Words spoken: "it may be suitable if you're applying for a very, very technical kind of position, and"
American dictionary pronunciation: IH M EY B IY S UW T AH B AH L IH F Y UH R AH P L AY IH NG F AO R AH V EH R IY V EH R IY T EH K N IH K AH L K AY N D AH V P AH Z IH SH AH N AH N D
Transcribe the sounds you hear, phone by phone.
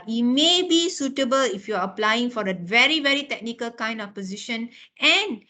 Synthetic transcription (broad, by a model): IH M EY B IY S UW T AH B AH L IH F Y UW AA AH P L AY IH NG F AO R AH V EH R IY V EH R IY T EH K N IH K AH L K AY N D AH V P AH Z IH SH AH N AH N